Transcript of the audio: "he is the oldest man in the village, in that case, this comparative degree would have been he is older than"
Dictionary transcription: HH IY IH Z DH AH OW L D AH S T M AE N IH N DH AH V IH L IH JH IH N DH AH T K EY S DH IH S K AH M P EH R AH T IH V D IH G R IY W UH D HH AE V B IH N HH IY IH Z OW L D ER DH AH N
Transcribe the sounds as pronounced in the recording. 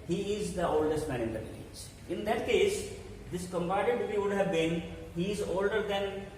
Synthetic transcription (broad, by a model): HH IY IH Z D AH OW L D AH S T M AE N IH N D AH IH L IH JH IH N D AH T K EY S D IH S K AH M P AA AH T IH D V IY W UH D HH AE V B IH N HH IY IH Z OW L D ER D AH N